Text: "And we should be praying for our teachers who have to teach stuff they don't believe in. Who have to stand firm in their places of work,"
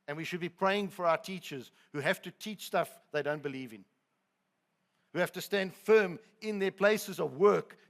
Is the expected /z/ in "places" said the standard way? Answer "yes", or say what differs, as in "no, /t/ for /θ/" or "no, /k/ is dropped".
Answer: yes